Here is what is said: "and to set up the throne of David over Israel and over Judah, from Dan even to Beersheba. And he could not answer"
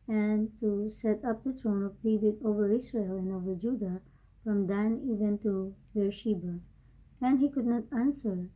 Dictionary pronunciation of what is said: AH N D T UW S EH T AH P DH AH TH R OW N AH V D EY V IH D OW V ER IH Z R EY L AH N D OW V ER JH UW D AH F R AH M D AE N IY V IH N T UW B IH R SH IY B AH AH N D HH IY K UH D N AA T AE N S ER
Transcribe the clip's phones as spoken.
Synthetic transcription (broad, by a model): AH N T UW S EH T AH P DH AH T R OW N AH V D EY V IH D OW V ER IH S R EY L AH N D OW V ER JH UW D AH F R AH M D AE N IY V IH N T UW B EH R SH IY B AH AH N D HH IY K UH D N AA T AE N S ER